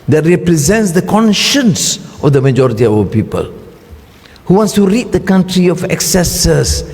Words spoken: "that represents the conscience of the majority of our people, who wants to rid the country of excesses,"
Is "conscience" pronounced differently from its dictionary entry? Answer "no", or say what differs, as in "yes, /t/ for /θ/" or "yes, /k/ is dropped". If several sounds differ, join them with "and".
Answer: no